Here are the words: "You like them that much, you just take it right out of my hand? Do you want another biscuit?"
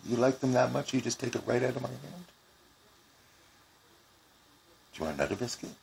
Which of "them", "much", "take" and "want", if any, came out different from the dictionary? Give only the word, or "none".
want